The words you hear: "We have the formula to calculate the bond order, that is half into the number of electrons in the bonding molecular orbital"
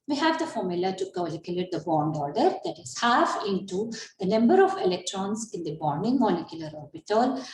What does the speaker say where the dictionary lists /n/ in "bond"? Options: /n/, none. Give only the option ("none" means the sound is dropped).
/n/